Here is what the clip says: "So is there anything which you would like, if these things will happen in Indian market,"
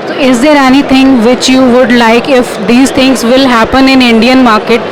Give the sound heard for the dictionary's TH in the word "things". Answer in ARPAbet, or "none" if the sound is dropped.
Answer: T